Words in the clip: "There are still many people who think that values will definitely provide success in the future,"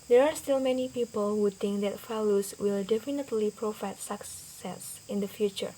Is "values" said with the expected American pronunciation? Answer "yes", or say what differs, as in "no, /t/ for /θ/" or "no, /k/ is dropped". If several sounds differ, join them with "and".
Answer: no, /f/ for /v/ and /s/ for /z/